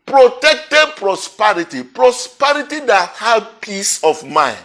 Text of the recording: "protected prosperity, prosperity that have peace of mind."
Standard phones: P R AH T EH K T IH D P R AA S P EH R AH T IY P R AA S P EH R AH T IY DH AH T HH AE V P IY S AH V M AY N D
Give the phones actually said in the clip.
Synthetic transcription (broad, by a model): P R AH T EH K T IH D P R AA S P EH R AH T IY P R AA S P EH R AH T IY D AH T HH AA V P IY S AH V M AY N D